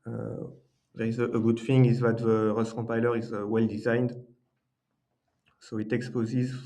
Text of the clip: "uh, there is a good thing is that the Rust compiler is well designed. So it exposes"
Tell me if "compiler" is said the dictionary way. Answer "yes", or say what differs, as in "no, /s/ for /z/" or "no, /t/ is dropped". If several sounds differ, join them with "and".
no, /m/ is dropped